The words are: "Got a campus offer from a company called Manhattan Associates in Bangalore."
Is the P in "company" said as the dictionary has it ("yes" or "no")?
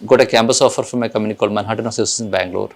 no